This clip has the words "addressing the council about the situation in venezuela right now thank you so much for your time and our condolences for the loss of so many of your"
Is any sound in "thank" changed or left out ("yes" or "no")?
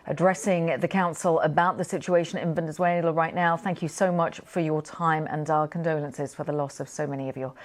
no